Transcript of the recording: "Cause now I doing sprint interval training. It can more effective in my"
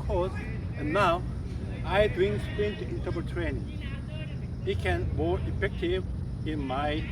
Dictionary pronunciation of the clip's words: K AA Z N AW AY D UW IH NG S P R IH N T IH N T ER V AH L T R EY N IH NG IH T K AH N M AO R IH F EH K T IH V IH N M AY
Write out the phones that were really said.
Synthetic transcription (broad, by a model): K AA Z N AW AY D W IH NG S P IH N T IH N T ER P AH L T R EY N IH NG IH T K AH N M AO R IH F EH K T IH V IH N M AY